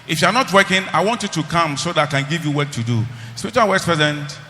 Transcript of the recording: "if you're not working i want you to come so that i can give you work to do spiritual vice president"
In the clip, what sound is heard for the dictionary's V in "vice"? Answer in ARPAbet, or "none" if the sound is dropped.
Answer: W